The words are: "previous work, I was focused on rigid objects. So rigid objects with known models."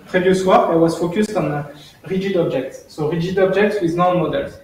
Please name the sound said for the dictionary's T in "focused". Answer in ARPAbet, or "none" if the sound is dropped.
T